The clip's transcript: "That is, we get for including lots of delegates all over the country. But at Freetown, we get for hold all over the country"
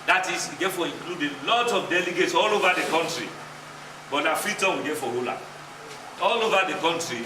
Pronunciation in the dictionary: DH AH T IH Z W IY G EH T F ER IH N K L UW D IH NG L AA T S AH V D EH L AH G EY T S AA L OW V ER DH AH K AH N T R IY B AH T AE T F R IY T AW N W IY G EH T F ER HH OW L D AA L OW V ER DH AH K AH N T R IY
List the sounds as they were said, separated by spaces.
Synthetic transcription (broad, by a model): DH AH T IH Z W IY G EH T F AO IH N K L UW D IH L AA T AH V D EH L AH G EY T S AA L OW V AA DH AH K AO N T R IY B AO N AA F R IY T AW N W IY G EH T F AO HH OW L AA AA L OW V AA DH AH K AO N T R IY